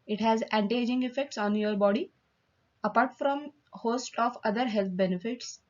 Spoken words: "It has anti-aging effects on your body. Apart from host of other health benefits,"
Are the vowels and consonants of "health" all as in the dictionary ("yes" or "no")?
no